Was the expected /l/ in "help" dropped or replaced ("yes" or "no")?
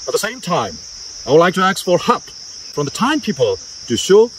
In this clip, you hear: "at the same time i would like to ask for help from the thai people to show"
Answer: yes